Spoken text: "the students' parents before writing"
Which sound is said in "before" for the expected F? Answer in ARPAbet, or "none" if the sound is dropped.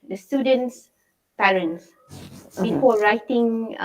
P